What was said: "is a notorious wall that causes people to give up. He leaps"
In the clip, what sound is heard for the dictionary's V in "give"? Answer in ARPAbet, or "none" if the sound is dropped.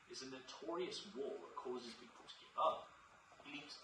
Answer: none